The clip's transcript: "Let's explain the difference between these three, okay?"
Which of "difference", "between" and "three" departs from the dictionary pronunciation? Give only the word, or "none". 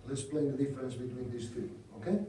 difference